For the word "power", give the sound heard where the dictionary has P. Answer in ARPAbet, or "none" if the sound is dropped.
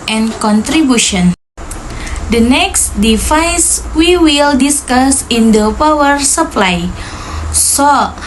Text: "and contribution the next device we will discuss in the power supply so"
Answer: P